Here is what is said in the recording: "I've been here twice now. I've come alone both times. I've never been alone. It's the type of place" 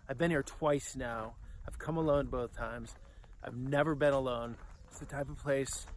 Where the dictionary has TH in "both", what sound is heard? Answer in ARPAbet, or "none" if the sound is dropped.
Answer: TH